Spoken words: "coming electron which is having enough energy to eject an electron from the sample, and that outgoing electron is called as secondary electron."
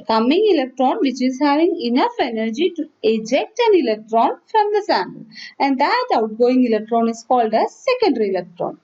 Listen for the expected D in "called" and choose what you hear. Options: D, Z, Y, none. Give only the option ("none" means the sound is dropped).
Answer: D